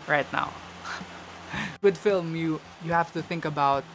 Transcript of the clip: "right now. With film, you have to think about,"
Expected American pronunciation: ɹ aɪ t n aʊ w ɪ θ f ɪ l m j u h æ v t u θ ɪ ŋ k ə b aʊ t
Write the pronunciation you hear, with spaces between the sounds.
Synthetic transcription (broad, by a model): ɹ aɪ t n aʊ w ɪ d f ɪ l m j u h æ f t u θ ɪ ŋ k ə b aʊ t